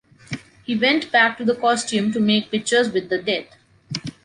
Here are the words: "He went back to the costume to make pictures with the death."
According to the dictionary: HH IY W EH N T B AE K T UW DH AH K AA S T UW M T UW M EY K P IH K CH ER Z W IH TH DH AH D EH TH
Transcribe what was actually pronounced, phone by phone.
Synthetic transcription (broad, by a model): HH IY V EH N T B AE K T UW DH AH K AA S T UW M T UW M EY K P IH K CH ER Z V IH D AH D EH T